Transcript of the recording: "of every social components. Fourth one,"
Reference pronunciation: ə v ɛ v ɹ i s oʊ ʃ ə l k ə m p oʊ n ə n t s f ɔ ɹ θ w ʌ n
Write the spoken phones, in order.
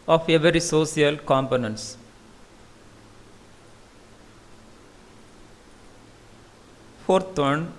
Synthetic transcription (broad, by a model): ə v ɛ v ɹ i s oʊ s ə l k ə m p oʊ n ə n t s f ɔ ɹ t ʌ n